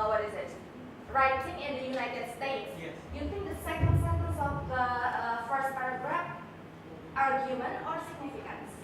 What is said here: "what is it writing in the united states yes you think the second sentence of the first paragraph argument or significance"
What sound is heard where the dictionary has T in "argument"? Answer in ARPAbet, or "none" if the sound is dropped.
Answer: none